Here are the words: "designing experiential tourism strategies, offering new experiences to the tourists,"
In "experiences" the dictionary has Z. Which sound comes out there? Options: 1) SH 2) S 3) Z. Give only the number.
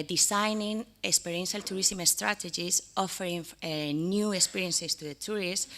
2